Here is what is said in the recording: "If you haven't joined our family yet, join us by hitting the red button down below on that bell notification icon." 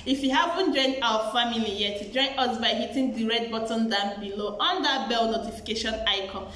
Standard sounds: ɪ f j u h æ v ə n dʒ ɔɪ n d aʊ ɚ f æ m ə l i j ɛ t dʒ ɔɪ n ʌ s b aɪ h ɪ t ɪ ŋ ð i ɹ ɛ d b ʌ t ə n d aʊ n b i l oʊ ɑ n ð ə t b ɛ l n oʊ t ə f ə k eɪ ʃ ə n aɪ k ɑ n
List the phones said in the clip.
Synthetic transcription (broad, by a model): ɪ f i h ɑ p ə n dʒ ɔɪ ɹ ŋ aʊ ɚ f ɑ m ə l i j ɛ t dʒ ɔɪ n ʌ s b aɪ h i t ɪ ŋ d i ɹ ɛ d b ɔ t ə n d aʊ n b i l oʊ ɑ n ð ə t b ɛ l n oʊ t ə f ə k eɪ ʃ ə n aɪ k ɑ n